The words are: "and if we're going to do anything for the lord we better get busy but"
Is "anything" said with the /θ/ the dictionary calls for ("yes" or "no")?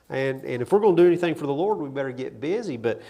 yes